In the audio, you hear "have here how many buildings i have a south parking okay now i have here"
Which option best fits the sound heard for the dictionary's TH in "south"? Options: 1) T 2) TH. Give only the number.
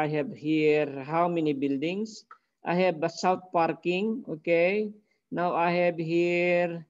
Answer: 1